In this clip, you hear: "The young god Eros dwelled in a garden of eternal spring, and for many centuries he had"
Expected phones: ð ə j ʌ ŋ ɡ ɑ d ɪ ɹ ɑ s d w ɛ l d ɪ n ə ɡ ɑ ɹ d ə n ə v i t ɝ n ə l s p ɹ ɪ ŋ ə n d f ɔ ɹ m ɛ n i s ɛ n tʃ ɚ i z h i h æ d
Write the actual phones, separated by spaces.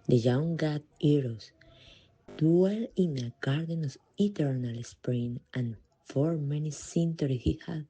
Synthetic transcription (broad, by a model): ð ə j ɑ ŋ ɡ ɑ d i ɹ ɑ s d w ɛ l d ɪ n ə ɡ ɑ ɹ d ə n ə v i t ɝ n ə l s p ɹ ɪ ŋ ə n f ɔ ɹ m ɛ n i s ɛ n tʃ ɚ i h i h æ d